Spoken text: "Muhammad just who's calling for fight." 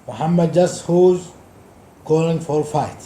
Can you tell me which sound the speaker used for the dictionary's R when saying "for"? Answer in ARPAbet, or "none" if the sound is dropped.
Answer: L